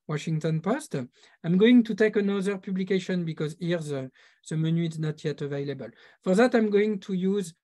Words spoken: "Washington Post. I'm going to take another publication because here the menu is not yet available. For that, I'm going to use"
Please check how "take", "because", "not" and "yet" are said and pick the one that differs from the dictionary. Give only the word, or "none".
none